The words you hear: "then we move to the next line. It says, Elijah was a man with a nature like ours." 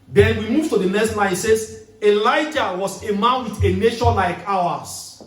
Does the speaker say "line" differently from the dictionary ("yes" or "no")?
yes